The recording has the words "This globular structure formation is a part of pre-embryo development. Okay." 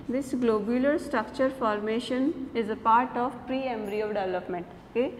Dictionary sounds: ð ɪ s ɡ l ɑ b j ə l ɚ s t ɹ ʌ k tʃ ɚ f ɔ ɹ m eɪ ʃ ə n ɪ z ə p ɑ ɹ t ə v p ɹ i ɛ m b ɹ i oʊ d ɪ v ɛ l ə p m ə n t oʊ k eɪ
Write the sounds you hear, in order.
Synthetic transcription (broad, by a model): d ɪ s ɡ l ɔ b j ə l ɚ s t ɹ ʌ k tʃ ɚ f ɔ ɹ m eɪ ʃ ə n ɪ z ə p ɑ ɹ t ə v p ɹ i ɛ m b ɹ i oʊ d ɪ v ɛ l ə p m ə n t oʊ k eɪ